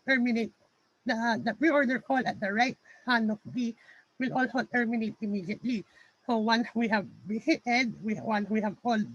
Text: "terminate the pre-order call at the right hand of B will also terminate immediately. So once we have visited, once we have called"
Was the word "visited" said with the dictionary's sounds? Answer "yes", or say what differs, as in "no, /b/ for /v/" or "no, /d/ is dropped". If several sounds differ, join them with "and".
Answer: no, /b/ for /v/